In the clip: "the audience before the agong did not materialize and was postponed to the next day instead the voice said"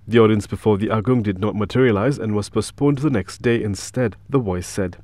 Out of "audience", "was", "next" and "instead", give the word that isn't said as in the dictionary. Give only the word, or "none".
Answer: none